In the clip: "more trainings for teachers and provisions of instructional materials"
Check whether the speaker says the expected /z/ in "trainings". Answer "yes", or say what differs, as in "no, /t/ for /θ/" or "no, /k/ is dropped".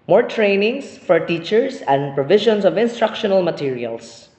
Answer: no, /s/ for /z/